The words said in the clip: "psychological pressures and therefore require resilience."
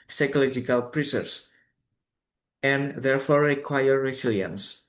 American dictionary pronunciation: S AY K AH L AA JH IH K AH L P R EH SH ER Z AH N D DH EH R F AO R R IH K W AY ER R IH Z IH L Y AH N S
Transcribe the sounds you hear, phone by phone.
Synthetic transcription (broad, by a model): S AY K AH L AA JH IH K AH L P R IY S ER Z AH N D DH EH R F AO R R IH K W AY ER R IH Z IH L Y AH N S